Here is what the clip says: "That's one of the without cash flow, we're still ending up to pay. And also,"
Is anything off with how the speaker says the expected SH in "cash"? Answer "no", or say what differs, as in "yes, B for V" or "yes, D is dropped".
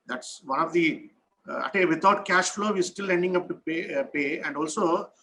no